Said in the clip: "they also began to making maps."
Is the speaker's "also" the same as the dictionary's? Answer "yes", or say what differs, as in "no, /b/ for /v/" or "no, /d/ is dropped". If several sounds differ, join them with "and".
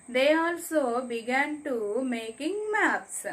yes